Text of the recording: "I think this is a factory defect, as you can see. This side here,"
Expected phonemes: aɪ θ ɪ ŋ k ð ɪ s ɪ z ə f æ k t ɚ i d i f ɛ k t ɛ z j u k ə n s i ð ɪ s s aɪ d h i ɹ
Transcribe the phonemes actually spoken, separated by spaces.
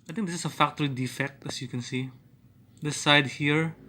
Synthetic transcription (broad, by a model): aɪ t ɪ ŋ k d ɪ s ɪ s ə f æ k t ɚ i d i f ɛ k t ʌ s j u k ə n s i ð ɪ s s aɪ d h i ɹ